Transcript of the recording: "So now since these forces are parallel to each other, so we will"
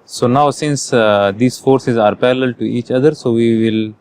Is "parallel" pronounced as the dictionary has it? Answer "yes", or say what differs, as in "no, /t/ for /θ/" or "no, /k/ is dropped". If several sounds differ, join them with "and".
no, /l/ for /ɹ/